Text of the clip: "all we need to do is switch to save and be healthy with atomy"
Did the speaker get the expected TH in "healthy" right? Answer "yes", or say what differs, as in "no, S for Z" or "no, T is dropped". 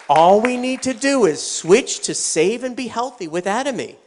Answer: yes